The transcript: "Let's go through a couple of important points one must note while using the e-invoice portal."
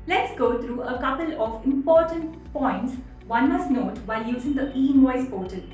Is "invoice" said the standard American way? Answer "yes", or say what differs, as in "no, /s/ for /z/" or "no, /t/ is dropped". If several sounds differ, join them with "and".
no, /v/ is dropped